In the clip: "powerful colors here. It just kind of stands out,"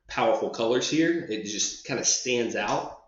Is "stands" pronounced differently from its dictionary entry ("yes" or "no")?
no